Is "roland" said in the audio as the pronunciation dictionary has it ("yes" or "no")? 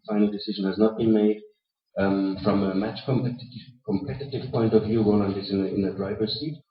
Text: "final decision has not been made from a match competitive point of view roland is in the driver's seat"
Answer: no